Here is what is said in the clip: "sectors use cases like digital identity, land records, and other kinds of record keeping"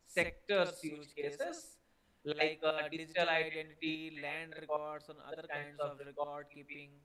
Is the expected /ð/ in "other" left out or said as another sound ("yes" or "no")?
yes